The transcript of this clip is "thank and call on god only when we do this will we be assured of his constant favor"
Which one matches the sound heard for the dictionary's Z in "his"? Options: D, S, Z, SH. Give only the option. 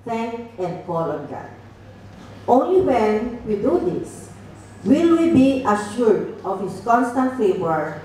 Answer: S